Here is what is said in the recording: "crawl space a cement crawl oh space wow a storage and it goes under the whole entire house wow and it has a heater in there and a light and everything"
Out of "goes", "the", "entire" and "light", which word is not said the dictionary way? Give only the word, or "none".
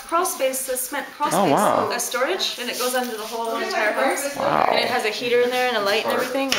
entire